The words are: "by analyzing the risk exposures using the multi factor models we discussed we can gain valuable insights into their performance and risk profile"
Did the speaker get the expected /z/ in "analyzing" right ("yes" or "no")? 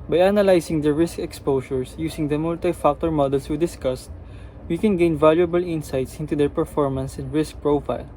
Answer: no